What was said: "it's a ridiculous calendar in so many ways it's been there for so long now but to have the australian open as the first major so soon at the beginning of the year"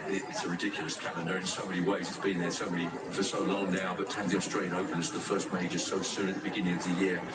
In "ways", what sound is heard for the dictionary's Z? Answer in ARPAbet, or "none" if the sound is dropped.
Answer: Z